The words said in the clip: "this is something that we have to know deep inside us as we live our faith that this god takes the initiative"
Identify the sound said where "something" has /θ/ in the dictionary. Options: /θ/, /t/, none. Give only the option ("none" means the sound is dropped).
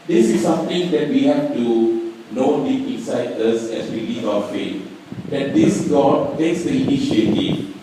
/t/